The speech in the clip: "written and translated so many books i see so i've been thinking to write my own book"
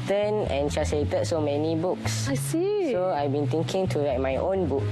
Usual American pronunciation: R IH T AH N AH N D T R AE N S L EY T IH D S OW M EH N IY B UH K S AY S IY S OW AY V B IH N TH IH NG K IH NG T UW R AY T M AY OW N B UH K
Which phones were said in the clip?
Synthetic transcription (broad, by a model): T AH N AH N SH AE S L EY T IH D S OW M EH N IY B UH K S AY S IY S OW AY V B IH N T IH NG K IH NG T UW R AY T M AY OW N B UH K